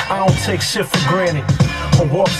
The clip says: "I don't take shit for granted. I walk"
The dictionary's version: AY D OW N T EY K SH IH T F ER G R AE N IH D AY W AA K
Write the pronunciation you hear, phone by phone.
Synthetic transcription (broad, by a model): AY D OW N T EY K S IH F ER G R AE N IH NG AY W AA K